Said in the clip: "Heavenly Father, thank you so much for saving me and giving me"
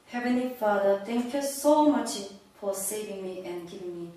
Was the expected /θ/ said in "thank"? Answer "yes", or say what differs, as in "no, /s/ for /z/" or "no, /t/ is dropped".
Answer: no, /t/ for /θ/